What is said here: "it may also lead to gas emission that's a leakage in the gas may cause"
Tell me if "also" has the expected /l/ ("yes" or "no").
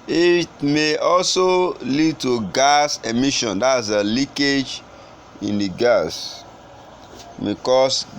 yes